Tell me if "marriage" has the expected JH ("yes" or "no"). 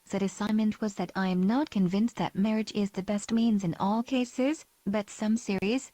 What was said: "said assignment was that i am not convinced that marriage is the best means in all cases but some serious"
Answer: yes